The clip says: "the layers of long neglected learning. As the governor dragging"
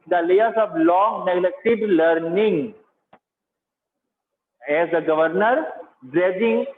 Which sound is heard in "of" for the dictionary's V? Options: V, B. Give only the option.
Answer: B